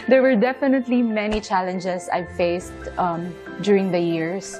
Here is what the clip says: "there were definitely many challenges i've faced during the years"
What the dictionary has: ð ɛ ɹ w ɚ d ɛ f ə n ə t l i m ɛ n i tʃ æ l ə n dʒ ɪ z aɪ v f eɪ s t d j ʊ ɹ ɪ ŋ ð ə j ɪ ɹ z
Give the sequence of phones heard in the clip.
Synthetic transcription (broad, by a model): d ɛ ɹ w ɚ d ɛ f ə n ə t l i m ɛ n i tʃ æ l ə n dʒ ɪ s aɪ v f eɪ s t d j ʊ ɹ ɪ ŋ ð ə j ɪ ɹ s